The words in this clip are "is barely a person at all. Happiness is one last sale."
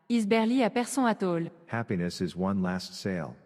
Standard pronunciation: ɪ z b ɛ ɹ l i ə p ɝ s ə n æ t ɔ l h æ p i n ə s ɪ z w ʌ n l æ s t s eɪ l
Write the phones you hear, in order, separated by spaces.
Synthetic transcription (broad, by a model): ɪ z b ɛ ɹ l i ə p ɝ s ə ɑ t ɔ l h æ p i n ə s ɪ z w ʌ n l æ s t s eɪ l